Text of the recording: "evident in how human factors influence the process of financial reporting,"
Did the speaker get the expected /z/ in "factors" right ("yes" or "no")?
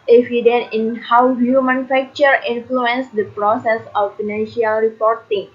no